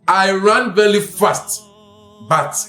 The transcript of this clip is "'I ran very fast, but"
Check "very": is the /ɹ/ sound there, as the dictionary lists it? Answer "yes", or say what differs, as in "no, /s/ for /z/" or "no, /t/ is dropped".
no, /l/ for /ɹ/